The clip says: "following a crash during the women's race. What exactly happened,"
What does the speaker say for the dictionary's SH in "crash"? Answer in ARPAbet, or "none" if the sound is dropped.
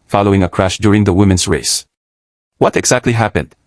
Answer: SH